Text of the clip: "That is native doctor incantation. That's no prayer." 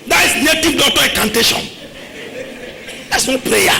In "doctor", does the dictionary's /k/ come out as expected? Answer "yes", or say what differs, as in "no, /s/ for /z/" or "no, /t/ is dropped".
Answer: no, /k/ is dropped